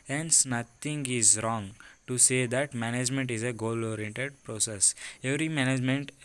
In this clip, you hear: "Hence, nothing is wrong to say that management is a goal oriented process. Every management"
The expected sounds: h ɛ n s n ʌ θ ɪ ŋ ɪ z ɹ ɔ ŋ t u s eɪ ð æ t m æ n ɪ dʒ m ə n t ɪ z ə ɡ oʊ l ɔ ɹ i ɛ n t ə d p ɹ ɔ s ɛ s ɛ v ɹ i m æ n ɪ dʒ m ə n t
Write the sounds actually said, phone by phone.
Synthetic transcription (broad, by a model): h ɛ n s n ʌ t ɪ ŋ ɪ z ɹ ɔ ŋ t u s eɪ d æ t m æ n ɪ dʒ m ə n t ɪ z ə ɡ oʊ l ɔ ɹ i ɛ n t ə d p ɹ ɔ s ɛ s ɛ v ɹ i m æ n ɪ dʒ m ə n t